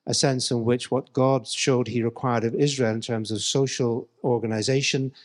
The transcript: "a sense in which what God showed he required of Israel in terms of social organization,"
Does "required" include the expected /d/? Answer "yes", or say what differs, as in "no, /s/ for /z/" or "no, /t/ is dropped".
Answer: yes